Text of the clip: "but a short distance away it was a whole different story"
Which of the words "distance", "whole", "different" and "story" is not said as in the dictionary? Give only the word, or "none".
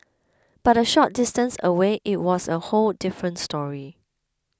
none